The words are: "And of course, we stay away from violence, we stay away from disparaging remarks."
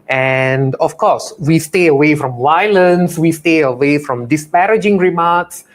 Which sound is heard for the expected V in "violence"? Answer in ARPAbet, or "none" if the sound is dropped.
W